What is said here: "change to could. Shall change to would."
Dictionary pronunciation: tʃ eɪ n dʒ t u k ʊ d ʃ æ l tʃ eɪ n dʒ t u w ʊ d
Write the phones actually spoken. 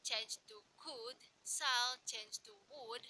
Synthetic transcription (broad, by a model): tʃ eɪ n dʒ t u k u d s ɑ l tʃ eɪ n dʒ t u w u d